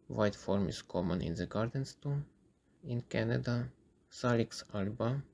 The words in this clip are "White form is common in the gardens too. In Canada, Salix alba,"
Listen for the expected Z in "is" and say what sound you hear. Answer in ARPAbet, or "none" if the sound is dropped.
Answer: S